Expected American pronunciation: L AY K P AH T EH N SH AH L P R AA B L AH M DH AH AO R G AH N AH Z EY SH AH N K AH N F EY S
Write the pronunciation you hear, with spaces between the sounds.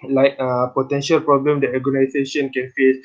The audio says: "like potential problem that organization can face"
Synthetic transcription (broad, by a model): L AY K P AH T EH N SH AH L P R AA B L AH M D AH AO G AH N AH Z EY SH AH N K AH N F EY S